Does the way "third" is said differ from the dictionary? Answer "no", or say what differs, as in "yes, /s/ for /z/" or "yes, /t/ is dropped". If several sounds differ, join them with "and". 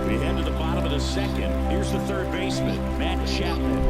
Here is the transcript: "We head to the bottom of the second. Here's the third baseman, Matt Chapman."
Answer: no